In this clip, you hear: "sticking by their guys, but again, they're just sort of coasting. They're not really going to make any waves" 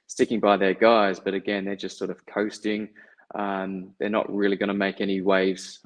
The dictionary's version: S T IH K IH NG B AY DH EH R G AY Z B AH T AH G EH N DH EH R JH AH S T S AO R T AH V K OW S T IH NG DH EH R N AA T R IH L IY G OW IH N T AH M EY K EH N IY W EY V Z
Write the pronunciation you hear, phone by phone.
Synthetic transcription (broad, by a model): S T IH K IH NG B AY DH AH R G AY Z B AH T AH G EH N DH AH R JH AH S T S AO R T AH V K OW S T IH NG DH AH R N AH T R IH L IY G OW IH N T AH M EY K EH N IY W EY V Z